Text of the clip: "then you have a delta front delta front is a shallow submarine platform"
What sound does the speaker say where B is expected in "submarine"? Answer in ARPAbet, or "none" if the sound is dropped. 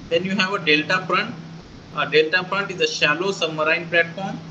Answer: none